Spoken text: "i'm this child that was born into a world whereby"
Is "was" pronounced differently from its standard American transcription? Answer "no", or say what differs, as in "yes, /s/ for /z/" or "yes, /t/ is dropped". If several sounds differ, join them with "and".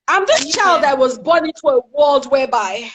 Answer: no